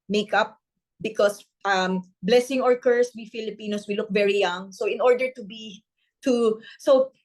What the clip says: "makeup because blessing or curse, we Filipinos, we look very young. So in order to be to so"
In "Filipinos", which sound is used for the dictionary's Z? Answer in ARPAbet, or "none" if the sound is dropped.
S